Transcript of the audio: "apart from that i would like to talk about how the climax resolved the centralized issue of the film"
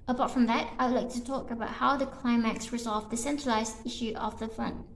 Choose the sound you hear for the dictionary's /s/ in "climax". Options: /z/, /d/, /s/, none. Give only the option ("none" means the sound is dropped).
/s/